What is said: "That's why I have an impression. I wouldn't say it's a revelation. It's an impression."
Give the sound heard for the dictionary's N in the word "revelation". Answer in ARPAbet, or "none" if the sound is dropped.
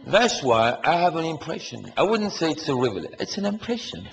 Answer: none